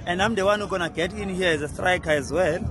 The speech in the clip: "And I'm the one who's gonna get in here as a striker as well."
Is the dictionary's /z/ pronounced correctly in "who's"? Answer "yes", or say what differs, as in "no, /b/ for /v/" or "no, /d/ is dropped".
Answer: no, /z/ is dropped